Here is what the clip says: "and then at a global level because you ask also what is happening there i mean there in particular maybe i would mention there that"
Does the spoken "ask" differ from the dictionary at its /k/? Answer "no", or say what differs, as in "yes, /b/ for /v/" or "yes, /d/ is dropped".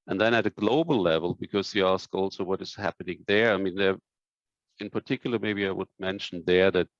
no